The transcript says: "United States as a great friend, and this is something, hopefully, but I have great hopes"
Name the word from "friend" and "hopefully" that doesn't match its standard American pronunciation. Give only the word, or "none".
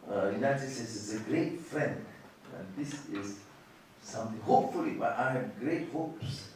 none